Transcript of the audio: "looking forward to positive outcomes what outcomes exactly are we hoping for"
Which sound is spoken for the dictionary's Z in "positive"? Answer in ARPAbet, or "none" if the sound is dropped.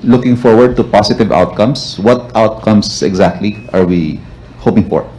S